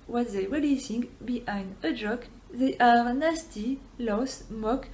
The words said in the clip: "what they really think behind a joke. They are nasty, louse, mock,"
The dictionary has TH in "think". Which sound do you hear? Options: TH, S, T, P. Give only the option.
S